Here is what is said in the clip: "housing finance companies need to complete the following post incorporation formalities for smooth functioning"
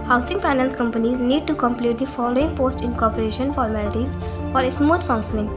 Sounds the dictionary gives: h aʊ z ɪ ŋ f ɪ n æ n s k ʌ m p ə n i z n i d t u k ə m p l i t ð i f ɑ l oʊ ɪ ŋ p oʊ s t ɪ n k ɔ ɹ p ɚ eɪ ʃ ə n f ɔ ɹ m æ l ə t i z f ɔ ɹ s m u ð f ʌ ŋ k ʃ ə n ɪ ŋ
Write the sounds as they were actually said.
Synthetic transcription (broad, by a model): h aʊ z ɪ ŋ p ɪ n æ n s k ʌ m p ə n i z n i d t u k ə m p l i t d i f ɑ l oʊ ɪ ŋ p oʊ s t ɪ n k ɔ ɹ p ɚ eɪ ʃ ə n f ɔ ɹ m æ l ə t i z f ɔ ɹ s m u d f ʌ ŋ k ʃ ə n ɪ ŋ